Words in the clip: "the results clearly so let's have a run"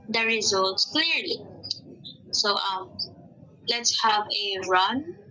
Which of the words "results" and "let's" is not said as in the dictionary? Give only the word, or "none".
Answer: none